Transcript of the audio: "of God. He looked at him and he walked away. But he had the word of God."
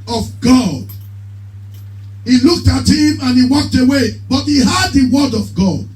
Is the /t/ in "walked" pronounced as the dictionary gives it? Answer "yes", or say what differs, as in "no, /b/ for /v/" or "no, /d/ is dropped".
yes